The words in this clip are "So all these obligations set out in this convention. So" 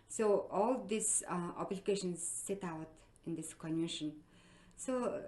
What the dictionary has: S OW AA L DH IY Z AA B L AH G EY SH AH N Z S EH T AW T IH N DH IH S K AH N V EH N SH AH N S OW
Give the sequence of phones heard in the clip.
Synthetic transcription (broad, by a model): S OW AA L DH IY S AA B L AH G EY SH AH N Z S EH T AW T IH N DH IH S K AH N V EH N SH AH N S OW